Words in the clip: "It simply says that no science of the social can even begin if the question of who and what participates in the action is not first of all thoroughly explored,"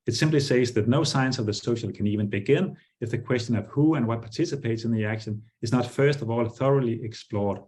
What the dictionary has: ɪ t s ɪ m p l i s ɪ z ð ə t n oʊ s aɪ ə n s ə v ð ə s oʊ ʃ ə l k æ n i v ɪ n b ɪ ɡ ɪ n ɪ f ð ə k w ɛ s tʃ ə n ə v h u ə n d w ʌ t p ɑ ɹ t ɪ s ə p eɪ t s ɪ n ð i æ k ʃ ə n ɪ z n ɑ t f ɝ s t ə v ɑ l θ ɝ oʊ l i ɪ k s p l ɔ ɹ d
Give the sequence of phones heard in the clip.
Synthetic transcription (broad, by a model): ɪ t s ɪ m p l i s ɪ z ð ə t n oʊ s aɪ ə n s ə v ð ə s oʊ ʃ ə l k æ n i v ɪ n b ɪ ɡ ɪ n ɪ f ð ə k w ɛ s tʃ ə n ə v h u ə n w ʌ t p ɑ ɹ t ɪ s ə p eɪ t s ɪ n ð i æ k ʃ ə n ɪ z n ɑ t f ɝ s t ə v ɑ l θ ɝ oʊ l i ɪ k s p l ɔ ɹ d